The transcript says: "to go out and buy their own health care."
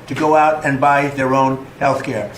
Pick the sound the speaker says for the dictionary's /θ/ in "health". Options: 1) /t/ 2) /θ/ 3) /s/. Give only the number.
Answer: 2